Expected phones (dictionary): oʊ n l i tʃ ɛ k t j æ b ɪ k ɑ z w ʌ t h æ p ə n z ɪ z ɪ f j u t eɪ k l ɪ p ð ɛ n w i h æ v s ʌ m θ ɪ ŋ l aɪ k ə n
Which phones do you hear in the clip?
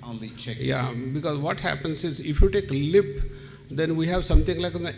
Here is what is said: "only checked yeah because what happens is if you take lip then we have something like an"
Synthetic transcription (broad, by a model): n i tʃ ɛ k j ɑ b ɪ k ɑ z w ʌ t h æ p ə n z ɪ z ɪ f j u t eɪ k l ɪ p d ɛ n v i h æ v s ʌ m t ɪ ŋ l aɪ k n